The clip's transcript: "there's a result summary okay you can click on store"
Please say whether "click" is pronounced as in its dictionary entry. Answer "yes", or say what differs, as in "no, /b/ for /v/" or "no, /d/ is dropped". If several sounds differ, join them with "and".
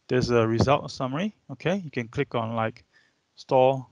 yes